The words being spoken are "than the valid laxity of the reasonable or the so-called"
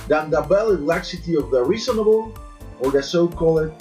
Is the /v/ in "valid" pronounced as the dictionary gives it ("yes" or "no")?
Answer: no